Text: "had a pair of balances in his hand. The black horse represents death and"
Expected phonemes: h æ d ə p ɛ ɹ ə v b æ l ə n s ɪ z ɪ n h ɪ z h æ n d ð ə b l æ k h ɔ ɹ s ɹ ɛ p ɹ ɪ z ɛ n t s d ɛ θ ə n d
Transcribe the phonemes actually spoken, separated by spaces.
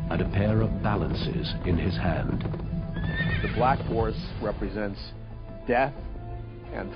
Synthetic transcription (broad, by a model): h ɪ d ə p ɛ ɹ ə v b æ l ə n s ɪ z ɪ n ɪ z h æ n d ð ə b l æ k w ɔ ɹ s ɹ ɛ p ɹ ɪ z ɛ n t s d ɛ θ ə n